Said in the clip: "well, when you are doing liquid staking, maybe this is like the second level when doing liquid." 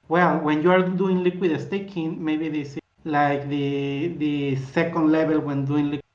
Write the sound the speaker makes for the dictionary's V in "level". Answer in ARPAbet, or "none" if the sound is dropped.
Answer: B